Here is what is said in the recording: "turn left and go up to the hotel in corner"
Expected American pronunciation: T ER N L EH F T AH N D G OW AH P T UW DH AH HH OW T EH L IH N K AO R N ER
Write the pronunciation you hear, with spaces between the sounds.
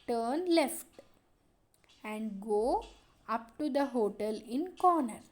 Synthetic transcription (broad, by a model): T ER N L EH F T AH N D G OW AH P T UW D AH HH OW T EH L IH N K AO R N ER